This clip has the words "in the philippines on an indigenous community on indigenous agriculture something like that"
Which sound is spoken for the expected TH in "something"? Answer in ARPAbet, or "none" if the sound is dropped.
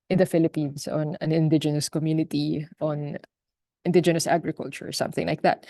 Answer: TH